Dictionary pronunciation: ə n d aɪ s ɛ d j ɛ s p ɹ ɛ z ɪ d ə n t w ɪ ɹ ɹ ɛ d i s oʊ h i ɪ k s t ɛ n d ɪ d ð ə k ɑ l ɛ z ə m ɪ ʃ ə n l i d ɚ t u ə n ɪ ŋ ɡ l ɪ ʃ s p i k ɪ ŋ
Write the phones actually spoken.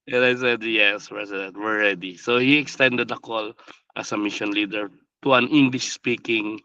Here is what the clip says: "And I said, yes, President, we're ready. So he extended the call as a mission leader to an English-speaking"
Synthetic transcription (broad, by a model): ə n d aɪ s ɛ d j ɛ s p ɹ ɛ s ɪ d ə n t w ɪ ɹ ɹ ɛ d i s oʊ h i ɪ k s t ɛ n d ɪ d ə k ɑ l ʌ s ə m ɪ ʃ ə n l i d ɚ t u ə n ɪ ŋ ɡ l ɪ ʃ s p i k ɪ ŋ